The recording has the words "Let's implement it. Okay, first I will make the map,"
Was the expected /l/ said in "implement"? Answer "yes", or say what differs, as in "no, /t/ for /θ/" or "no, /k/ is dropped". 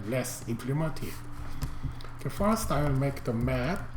yes